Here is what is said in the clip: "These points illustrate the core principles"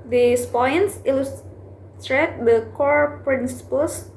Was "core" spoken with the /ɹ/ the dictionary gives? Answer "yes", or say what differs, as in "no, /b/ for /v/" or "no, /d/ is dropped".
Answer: yes